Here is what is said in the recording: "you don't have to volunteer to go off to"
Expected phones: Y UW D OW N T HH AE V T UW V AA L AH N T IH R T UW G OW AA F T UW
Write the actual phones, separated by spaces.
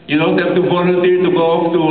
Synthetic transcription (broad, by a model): Y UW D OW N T HH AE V T UW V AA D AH T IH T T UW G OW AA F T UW